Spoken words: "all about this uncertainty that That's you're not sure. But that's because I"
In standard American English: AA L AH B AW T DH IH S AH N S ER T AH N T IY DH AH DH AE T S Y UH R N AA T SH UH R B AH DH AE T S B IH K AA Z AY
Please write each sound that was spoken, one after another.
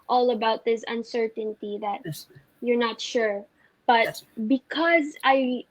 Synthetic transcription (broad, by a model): AA L AH B AW T DH IH S AH N S ER T AH N T IY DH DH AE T Y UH R N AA T SH UH R B AH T B IH K AA Z AY